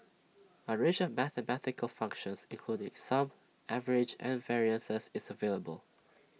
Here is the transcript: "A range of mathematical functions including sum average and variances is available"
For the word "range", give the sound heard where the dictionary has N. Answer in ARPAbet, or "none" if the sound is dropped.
none